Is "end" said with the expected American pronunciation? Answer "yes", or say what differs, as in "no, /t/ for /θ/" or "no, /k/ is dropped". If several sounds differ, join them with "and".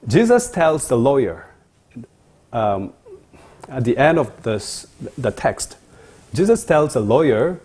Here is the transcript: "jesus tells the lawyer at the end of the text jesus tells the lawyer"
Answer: yes